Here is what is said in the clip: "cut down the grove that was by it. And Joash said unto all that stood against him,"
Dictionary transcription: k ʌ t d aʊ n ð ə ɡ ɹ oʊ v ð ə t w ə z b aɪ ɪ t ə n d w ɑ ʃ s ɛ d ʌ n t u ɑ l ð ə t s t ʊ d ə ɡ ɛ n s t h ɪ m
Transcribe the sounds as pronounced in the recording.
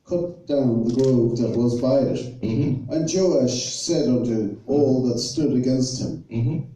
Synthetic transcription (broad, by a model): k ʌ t d aʊ n ð ə ɡ ɹ oʊ v ð ə t w ə z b aɪ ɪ t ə n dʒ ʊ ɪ ʃ s ɛ d ʌ n t u ɑ l ð ə t s t ʊ d ə ɡ ɛ n s t h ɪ m